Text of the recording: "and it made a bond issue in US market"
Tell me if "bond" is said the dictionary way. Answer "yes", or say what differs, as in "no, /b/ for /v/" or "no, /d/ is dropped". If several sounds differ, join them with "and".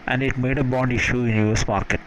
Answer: yes